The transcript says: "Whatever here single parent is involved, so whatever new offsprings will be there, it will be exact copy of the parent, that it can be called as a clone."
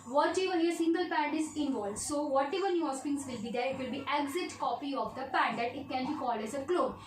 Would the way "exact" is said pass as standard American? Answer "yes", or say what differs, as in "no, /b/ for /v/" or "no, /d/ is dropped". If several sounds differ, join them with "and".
no, /k/ is dropped